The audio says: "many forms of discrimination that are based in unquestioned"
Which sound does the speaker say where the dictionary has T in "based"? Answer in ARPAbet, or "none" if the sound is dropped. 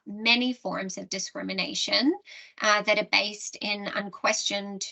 T